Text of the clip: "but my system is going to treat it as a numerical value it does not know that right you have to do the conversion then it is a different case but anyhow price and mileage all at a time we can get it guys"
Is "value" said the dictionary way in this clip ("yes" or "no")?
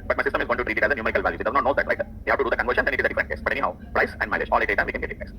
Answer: yes